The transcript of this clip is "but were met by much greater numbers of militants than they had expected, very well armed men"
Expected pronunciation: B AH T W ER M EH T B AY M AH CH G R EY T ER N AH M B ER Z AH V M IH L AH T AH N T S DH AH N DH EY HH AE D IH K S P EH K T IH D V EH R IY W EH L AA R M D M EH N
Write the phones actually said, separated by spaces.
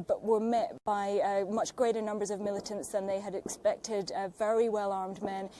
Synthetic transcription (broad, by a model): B AH T W ER M EH T B AY M AH CH G R EY T ER N AH M B ER Z AH V M IH L AH T AH N T S DH AH N DH EY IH D IH K S P EH K T IH D V EH R IY W EH L AA R M D M EH N